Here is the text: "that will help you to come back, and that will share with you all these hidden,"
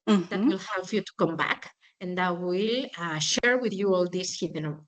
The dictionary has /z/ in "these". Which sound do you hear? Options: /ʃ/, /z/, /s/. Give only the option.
/s/